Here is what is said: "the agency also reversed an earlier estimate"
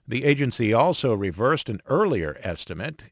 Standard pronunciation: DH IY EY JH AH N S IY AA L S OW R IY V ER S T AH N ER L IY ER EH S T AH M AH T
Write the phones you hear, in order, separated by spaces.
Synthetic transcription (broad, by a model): DH IY EY JH AH N S IY AA L S OW R IY V ER S T AH N ER L IY ER EH S T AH M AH T